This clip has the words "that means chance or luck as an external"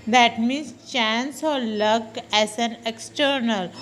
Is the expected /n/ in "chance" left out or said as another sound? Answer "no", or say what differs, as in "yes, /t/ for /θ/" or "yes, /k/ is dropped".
no